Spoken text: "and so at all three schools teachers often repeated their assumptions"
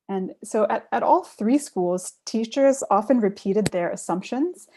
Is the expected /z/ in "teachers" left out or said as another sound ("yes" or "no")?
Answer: no